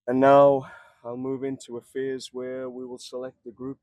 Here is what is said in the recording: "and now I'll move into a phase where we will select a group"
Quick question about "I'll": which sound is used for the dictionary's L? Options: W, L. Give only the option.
L